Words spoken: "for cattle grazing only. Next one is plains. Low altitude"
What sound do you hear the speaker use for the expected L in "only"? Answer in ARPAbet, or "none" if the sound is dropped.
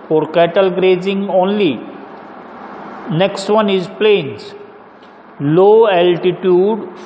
L